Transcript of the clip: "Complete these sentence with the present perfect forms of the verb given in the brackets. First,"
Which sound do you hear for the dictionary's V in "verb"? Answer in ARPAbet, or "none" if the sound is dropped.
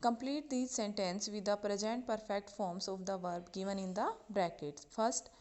V